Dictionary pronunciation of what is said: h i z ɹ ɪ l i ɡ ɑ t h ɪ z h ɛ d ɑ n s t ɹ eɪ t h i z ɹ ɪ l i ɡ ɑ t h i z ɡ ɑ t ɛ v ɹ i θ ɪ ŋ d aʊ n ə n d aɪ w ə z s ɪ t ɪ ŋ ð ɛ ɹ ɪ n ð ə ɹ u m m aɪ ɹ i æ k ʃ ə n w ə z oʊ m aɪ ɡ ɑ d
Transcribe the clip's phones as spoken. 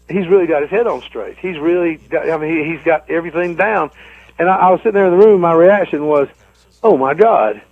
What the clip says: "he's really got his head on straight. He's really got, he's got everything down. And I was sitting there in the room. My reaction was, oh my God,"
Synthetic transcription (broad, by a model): h i z ɹ ɪ l i ɡ ɑ t h ɪ z h ɛ d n s t ɹ eɪ t h i z ɹ ɪ l i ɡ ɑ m h i z ɡ ɑ t ɛ v ɹ i θ ɪ ŋ d aʊ n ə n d aɪ w ə z s ɪ t ɪ ŋ ð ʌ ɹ ɪ n ð ə ɹ u m m aɪ ɹ i æ k ʃ ə n w ə z oʊ m aɪ ɡ ɑ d